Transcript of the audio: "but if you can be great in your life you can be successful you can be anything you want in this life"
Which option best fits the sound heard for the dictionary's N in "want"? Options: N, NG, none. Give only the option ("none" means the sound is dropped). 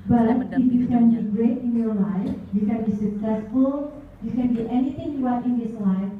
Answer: none